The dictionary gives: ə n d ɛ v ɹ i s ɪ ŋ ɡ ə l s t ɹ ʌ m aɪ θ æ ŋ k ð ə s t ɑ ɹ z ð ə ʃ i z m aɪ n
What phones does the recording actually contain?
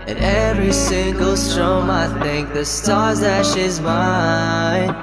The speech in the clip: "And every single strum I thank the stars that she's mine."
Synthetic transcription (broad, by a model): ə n ɛ v ɹ i s ɪ ŋ ɡ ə l s t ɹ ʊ m aɪ θ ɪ ŋ k ð ə s t ɑ ɹ z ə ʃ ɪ z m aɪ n